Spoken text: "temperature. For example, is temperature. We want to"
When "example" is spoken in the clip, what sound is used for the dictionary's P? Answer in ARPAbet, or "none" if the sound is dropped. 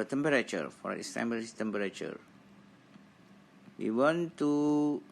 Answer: B